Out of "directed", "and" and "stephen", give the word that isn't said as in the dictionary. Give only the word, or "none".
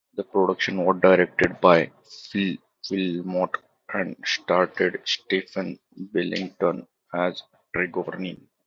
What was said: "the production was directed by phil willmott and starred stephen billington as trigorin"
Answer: stephen